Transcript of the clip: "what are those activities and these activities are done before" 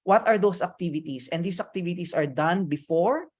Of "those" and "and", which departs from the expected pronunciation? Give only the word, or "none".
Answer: those